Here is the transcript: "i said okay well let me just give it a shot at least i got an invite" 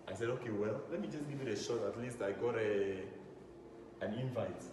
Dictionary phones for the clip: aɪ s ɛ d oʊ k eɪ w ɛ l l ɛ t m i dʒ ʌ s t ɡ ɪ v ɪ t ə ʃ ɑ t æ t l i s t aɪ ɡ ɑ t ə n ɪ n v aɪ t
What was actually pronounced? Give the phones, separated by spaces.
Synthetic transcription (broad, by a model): aɪ s ɛ d oʊ k eɪ w ɛ l l ɛ t m i dʒ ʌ s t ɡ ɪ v ɪ t ə ʃ ɑ t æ t l i s t aɪ ɡ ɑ t ə n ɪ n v aɪ t